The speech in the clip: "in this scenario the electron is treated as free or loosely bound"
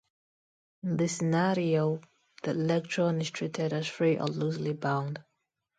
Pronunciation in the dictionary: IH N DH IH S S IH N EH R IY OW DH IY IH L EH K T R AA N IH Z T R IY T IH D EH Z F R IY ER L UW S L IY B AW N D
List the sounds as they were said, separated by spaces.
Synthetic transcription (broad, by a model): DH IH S S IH N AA R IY OW DH IY IH L EH K T R AA N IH S T R IY T IH D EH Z F R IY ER L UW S L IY B AW N D